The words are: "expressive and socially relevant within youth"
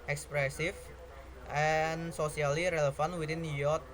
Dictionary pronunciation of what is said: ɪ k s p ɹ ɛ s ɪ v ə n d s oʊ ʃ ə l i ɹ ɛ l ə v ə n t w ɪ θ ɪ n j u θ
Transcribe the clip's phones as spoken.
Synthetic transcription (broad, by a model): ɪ k s p ɹ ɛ s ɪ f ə n s oʊ s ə l i ɹ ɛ l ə f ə n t w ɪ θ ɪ n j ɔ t